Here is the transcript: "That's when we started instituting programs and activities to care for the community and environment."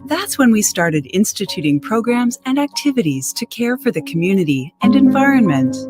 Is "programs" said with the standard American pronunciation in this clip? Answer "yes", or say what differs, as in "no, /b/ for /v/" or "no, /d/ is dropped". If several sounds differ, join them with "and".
yes